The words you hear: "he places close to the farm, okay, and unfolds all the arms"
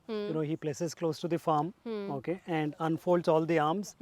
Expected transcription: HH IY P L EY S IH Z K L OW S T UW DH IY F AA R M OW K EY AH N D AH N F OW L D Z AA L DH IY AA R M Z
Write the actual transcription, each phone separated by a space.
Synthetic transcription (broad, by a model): HH IY P L EY S IH Z K L OW S T UW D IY F AA R M OW K EY AH N D AH N F OW L D Z AA L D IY AA R M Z